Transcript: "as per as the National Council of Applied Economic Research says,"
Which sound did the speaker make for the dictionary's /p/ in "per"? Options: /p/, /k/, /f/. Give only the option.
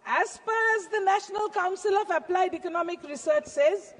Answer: /f/